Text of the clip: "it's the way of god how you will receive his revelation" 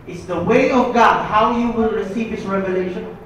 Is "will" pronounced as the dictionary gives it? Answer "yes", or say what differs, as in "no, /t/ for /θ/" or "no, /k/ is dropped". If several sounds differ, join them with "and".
no, /n/ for /l/